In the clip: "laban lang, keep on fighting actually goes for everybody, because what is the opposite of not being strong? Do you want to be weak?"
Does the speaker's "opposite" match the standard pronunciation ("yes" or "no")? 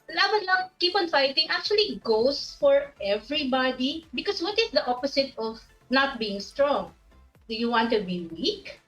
no